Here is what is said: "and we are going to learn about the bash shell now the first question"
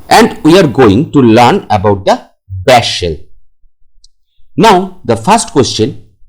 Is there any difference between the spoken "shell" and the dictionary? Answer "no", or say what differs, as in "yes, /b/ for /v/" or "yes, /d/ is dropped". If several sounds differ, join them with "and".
no